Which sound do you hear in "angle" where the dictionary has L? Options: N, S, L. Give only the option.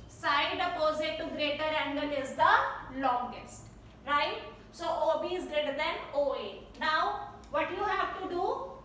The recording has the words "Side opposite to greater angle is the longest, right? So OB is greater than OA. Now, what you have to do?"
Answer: N